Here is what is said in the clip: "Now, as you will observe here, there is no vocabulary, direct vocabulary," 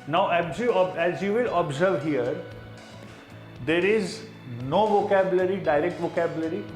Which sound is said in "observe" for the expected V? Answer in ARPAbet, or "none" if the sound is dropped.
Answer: V